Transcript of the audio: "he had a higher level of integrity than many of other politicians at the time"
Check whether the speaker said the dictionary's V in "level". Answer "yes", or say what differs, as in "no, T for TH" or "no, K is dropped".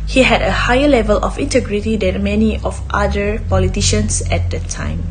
yes